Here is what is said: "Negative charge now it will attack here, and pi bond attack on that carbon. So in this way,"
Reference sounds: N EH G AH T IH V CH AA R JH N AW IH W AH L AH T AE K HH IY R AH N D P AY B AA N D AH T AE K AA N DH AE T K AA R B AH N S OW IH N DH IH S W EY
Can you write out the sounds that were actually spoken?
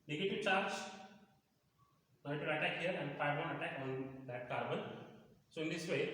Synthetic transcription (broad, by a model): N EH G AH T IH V CH AA R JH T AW IH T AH AH T AE K HH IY R AH N D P AY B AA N AH T AE K AA N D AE T K AA R B AH N S OW IH N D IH S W EY